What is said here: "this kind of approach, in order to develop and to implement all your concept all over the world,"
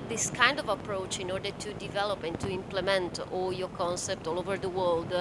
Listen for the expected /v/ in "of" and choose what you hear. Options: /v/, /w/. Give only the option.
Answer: /v/